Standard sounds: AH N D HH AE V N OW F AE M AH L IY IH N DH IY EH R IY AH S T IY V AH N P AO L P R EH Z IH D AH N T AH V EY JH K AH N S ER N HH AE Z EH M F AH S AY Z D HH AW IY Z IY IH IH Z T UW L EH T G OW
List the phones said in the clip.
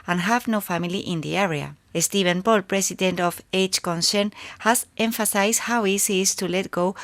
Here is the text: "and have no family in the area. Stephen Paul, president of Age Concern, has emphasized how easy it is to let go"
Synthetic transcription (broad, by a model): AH N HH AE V N OW F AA M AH L IY IH N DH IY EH R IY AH S T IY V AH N P AO L P R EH S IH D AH N T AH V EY CH K AH N S ER N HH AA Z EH M F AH S AY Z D HH AW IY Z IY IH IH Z T UW L EH T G OW